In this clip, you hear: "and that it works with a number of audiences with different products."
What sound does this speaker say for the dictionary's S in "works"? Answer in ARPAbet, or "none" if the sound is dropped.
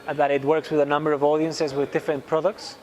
S